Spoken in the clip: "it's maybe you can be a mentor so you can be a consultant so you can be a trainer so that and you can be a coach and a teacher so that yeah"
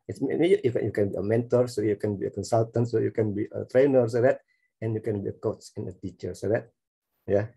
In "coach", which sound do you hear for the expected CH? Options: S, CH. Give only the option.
S